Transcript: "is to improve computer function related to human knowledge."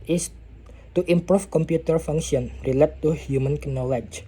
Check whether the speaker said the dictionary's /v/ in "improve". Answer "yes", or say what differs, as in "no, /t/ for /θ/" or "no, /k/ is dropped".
no, /f/ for /v/